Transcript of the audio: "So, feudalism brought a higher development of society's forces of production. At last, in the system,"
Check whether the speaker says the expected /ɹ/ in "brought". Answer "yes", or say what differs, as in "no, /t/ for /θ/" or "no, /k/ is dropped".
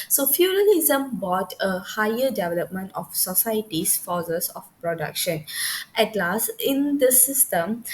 no, /ɹ/ is dropped